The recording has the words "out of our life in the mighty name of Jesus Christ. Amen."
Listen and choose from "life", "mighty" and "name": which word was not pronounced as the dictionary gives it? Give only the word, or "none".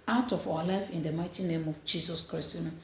none